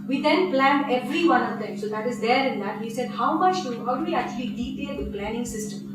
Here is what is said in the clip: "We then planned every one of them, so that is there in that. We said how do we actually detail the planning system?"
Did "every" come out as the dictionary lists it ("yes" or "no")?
yes